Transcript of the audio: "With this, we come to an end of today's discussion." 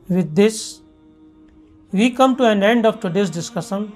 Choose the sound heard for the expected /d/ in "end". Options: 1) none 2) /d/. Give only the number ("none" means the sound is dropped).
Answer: 2